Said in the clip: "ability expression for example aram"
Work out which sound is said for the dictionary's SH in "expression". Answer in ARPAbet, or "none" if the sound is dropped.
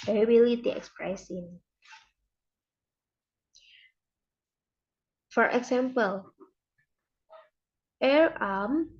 S